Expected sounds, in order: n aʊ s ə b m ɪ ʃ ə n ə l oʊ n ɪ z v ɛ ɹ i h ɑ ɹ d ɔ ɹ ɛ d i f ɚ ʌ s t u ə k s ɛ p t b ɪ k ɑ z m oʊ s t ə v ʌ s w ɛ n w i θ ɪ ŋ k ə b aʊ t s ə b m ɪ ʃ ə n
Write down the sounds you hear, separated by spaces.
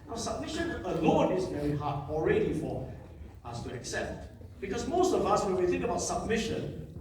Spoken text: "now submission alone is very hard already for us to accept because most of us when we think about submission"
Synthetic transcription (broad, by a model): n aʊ s ə b m ɪ ʃ ə n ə l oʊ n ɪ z v ɛ ɹ i h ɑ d ɔ ɹ ɛ d i f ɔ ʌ s t u ə k s ɛ p t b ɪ k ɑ s m oʊ s t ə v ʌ s w ɛ n w i θ ɪ ŋ k ə b aʊ t s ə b m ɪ ʃ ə n